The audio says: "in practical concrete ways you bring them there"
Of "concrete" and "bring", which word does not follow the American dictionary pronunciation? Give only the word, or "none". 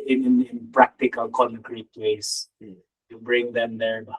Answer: none